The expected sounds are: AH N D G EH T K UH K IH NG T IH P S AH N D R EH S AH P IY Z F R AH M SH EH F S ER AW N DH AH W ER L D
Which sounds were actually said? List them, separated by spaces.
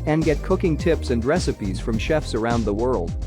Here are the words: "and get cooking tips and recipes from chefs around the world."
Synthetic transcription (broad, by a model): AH N G EH T K UH K IH NG T IH P S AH N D R EH S AH P IY Z F R AH M SH EH F S ER AW N DH AH W ER L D